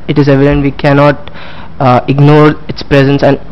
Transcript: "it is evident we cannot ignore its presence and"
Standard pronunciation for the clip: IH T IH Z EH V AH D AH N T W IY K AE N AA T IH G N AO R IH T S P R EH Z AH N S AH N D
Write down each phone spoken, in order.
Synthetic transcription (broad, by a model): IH T IH Z EH V AH D AH N T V IY K AE N AA T IH G N AO R IH T S P R EH Z AH N S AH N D